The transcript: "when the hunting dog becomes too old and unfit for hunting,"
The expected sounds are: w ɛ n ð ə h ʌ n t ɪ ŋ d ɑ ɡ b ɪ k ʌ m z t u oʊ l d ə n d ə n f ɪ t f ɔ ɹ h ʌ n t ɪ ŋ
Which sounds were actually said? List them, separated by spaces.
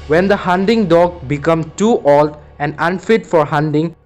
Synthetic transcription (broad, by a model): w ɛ n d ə h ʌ n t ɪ ŋ d ɑ ɡ b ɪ k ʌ m t u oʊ l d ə n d ə n f ɪ t f ɔ ɹ h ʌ n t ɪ ŋ